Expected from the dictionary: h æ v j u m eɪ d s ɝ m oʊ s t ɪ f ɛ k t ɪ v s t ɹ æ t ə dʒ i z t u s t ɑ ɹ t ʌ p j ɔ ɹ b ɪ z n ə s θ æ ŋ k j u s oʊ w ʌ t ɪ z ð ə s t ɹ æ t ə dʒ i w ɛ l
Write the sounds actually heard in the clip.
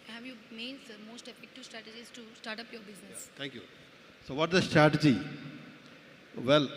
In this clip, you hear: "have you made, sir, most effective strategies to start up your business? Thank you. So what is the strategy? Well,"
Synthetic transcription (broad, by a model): h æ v j u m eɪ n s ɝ m oʊ s t ɪ f ɛ k t ɪ v s t ɹ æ t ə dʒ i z t u s t ɑ ɹ t ʌ p j ɔ ɹ b ɪ z n ə s t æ ŋ k j u s oʊ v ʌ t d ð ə s t ɹ æ t ə dʒ i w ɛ l